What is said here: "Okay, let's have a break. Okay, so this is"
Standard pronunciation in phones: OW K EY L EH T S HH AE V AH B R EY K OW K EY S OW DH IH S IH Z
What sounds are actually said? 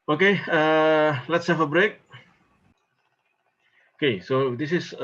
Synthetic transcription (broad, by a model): OW K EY L EH T S HH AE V AH B R EY K OW K EY S OW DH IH S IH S